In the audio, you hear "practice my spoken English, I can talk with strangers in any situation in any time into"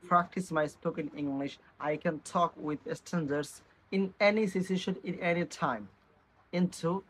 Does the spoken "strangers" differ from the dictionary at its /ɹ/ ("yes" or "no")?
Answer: yes